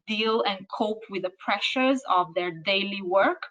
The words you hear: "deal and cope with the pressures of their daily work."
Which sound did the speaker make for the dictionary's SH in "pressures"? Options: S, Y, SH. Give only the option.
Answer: SH